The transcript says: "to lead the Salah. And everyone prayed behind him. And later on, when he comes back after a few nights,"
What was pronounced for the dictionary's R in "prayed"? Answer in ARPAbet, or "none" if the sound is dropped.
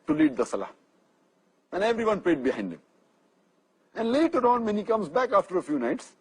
L